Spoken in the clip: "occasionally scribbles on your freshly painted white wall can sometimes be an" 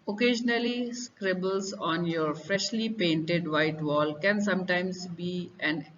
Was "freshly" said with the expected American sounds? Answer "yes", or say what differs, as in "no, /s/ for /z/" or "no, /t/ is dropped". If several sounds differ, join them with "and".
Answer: yes